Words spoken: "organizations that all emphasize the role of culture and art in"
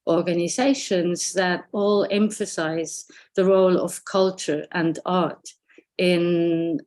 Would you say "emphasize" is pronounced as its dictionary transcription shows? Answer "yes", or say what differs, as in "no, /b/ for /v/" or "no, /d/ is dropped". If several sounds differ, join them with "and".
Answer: yes